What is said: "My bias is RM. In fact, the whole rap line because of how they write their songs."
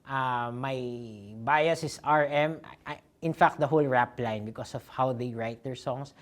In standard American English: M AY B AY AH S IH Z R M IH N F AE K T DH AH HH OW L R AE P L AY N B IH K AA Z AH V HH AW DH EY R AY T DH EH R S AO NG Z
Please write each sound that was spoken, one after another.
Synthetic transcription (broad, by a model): M AY B AY AH S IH S R M IH N F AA K T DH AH HH OW L R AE P L AY N B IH K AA S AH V HH AW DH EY R AY T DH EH R S AO NG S